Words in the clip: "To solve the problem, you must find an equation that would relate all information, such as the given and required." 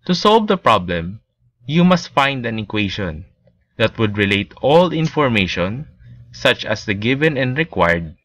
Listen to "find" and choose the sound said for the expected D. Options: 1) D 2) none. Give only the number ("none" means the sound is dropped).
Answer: 1